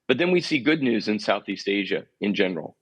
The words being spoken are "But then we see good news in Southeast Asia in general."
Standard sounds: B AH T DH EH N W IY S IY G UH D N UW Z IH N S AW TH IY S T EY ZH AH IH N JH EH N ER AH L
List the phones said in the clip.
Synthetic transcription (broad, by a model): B AH T DH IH N W IY S IY G UH D N UW Z IH N S AW TH IY S T EY ZH AH IH N JH EH N ER L